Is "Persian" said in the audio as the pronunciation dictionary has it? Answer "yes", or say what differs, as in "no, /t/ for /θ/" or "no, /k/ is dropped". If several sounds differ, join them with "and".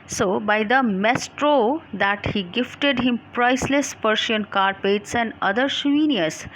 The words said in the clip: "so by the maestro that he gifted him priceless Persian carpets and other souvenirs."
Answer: no, /ʃ/ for /ʒ/